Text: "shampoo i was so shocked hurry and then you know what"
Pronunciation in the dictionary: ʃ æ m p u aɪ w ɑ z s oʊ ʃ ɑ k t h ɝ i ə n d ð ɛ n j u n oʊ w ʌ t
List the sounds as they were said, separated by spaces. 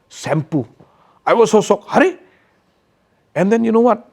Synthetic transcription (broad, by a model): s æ m p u aɪ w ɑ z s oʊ s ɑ k h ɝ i ə n d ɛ n j u n oʊ w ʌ t